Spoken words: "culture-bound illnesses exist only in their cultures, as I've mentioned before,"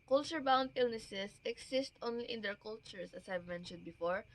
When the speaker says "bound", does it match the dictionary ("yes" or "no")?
yes